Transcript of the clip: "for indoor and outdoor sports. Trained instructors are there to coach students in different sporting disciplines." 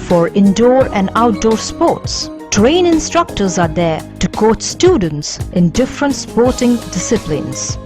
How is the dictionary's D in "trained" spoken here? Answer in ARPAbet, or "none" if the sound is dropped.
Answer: none